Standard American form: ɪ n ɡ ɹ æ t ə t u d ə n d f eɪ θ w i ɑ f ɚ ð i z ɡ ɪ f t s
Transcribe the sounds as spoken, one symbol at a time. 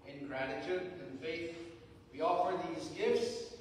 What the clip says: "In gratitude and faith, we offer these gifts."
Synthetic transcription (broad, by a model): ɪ n ɡ ɹ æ t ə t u d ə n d f eɪ θ w i ɑ f ɚ ð i z ɡ ɪ f t s